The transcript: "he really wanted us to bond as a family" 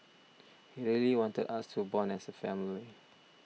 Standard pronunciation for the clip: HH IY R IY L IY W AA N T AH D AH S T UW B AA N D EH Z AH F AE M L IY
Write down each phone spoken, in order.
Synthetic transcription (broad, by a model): HH IY R IY L IY W AA N T AH D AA S T UW B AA N EH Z AH F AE M L IY